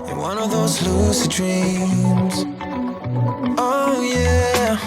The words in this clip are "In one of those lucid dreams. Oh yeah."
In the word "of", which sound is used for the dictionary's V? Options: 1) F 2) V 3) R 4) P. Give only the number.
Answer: 2